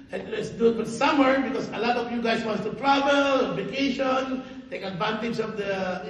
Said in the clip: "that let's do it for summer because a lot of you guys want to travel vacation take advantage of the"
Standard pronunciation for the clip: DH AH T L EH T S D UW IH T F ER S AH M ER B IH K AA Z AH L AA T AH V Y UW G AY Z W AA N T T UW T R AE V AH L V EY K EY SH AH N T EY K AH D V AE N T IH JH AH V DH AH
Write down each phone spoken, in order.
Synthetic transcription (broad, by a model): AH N L EH T S D UW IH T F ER S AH M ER B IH K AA S AH L AA T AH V Y UW G AY S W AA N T T UW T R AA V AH L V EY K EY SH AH N T EY K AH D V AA N T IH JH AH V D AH